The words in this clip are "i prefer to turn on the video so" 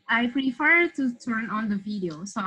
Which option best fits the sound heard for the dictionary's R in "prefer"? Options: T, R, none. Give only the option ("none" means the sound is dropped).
R